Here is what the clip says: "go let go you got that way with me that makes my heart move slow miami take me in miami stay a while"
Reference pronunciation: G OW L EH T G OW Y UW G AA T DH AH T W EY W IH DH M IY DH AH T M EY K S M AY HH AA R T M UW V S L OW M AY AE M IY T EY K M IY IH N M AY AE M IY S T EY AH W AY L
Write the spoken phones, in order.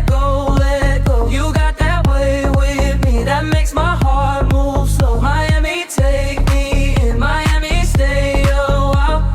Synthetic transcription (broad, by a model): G OW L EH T G OW Y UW G AA T DH AH T W EY W IH DH M IY DH AH T M EY K S M AY HH AA R T M UW V S OW M AY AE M IY T EY K M IY IH N M AY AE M IY S T EY AH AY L